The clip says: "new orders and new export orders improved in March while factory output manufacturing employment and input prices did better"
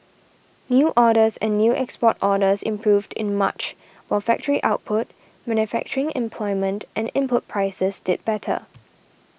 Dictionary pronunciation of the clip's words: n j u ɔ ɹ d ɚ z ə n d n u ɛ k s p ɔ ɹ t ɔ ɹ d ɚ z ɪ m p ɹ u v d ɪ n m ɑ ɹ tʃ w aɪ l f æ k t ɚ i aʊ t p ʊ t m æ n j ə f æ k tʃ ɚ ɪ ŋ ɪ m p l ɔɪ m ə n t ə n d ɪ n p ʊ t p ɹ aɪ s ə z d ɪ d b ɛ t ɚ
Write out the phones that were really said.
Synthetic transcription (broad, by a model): n j u ɔ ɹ d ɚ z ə n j u ɛ k s p ɔ t ɔ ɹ d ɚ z ɪ m p ɹ u v d ɪ n m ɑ tʃ w aɪ l f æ k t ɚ i aʊ t p ʊ t m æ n j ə f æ k tʃ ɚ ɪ ŋ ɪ m p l ɔɪ m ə n t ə n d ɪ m p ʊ t p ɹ aɪ s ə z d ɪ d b ɛ t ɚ